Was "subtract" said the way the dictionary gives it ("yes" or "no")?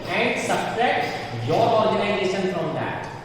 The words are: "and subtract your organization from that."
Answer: no